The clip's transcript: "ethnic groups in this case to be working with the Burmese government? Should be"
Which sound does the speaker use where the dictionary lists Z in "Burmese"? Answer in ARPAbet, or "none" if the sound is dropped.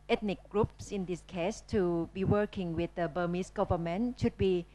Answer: S